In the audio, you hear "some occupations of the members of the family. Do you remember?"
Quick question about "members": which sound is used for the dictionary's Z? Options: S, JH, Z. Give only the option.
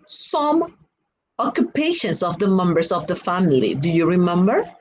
S